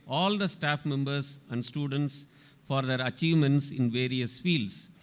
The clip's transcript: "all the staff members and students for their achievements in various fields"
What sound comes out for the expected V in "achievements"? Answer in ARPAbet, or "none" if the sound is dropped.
V